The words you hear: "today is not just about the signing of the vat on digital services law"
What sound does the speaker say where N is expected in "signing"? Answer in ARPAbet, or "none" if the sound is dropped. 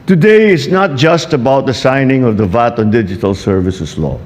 N